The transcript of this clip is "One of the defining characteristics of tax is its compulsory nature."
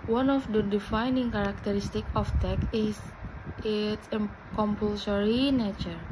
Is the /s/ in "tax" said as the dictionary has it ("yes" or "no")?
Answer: no